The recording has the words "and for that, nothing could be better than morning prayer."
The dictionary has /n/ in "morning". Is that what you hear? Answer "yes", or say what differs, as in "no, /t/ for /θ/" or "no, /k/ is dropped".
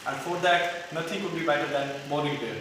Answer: no, /n/ is dropped